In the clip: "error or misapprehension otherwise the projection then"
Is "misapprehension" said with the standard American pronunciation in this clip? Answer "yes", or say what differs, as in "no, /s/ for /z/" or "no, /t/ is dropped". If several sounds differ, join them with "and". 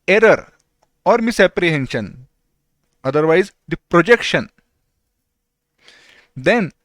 yes